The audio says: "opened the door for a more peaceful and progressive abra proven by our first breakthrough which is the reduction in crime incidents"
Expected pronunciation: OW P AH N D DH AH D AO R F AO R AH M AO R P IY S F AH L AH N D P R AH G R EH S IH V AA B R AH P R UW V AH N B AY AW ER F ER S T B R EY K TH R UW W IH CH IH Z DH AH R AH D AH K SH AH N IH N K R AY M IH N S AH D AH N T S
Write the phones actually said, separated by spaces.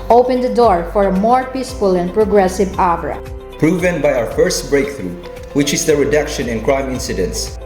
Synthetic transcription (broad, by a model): OW P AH N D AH D AO R F AO R AH M AO R P IY S F AH L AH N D P R AH G R EH S IH V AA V R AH P R UW V AH N B AY AW ER F ER S T B R EY K TH R UW W IH CH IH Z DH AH R AH D AH K SH AH N IH N K R AY M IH N S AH D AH N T S